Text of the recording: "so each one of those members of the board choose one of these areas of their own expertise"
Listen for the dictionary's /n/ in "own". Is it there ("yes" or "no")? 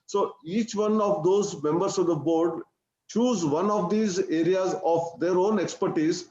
yes